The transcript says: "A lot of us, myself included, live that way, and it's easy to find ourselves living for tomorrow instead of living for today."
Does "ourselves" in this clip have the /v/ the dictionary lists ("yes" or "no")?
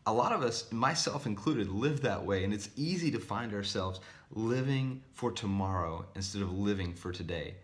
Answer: yes